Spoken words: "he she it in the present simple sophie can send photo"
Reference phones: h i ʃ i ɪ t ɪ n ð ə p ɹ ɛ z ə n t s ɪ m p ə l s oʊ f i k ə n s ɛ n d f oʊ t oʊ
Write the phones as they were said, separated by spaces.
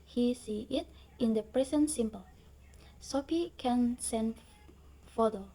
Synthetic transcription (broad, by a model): h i s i ɪ t ɪ n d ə p ɹ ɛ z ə n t s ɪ m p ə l s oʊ p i k ə n s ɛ n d f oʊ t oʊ